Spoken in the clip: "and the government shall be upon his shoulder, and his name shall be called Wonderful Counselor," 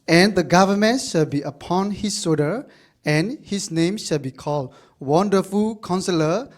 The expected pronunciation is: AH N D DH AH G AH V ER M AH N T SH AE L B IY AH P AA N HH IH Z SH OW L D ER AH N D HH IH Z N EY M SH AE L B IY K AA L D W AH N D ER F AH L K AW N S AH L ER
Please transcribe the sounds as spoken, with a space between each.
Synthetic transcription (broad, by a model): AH N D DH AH G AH V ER M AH N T SH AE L B IY AH P AA N HH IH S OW D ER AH N HH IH S N EY M SH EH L B IY K AA L D W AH N D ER F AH L K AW N S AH L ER